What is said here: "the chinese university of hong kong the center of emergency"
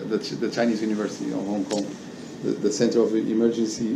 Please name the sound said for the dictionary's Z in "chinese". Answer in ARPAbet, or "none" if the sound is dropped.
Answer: Z